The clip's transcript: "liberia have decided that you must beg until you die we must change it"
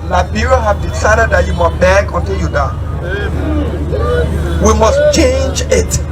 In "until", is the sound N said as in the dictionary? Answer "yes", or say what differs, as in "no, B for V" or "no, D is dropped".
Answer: yes